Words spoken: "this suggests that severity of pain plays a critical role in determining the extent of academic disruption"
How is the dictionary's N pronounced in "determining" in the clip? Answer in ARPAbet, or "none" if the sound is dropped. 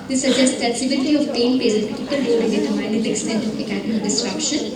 none